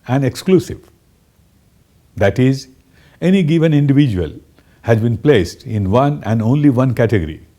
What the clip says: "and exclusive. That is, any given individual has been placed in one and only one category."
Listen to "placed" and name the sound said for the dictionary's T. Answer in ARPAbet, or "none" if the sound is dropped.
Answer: T